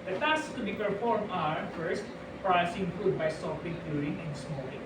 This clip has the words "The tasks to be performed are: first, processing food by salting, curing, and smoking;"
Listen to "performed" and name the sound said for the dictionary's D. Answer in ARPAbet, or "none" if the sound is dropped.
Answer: none